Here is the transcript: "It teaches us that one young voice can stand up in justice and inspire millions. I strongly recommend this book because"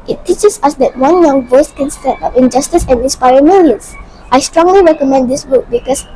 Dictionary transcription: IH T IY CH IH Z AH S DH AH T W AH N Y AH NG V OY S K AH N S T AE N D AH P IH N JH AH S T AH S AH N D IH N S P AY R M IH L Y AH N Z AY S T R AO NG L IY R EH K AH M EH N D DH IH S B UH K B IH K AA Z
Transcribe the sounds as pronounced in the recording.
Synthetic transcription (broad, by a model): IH T IY CH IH S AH S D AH T W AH N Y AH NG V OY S K AH N S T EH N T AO F IH N JH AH S T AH S AH N D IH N S P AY R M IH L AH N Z AY S T R AO NG L IY R EH K AH M EH N D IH S B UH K B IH K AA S